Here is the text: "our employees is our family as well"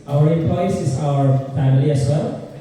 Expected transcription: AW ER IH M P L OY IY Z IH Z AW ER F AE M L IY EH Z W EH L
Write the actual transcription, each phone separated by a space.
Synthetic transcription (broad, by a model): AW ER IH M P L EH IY S IH Z AW ER F AE M L IY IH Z W EH L